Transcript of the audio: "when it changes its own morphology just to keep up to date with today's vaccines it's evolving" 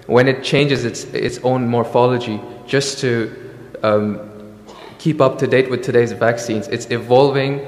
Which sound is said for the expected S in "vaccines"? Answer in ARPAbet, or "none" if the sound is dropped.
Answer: S